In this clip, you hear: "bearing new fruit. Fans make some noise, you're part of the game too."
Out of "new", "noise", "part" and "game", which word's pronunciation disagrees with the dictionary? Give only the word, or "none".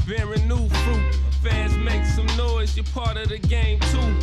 none